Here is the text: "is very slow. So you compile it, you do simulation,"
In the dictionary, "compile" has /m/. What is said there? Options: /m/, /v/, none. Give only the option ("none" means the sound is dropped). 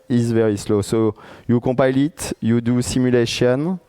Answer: none